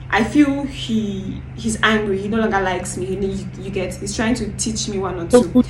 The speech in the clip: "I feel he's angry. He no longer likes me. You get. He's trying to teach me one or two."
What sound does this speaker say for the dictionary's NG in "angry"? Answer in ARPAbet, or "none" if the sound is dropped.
NG